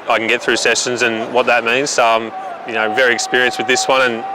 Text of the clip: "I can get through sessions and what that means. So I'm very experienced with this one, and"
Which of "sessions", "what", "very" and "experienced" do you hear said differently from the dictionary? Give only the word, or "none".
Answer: none